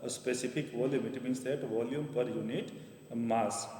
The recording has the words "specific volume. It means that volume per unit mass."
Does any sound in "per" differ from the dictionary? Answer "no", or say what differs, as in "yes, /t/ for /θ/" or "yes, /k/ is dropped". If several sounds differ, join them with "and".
no